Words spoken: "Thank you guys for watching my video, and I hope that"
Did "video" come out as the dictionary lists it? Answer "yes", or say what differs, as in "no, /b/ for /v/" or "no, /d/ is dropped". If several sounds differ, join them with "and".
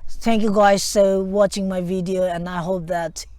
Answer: yes